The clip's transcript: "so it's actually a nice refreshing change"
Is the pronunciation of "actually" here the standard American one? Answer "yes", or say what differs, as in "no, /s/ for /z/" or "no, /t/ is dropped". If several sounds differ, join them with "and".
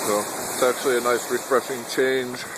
yes